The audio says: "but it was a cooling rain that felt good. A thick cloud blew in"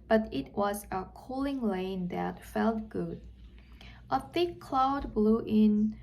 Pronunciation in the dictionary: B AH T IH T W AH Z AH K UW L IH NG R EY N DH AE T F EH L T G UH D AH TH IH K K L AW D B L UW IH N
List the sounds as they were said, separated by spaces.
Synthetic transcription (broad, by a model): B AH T IH T W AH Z AH K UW L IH NG L EY N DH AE T F EH L T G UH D AH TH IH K K L AW D B L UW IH N